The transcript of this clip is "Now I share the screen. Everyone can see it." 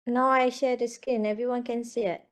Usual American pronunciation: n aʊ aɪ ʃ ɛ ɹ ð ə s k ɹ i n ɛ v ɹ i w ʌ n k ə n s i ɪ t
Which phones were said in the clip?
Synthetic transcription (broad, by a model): n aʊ aɪ ʃ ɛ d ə s k i n ɛ v ɹ i w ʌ n k ə n s i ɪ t